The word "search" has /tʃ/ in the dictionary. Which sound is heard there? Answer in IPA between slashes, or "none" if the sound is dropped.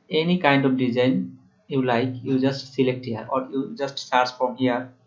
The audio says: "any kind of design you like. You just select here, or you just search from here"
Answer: /s/